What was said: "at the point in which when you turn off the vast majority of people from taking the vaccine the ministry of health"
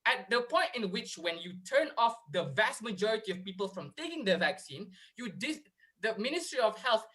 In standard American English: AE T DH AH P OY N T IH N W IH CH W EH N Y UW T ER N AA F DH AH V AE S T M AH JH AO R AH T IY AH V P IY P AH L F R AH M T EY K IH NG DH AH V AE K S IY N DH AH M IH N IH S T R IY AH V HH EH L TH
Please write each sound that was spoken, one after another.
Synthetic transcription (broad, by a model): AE T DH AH P OY N T IH N W IH CH W EH N Y UW T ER N AA F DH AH V AE S T M AH JH AO R AH T IY AH V P IY P AH L F R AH M T EY K IH NG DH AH V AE K S IY N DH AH M IH N IH S T R IY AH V HH EH L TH